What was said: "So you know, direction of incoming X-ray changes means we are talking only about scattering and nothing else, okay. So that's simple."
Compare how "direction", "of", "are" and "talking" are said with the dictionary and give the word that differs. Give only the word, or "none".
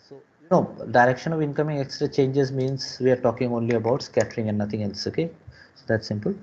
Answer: none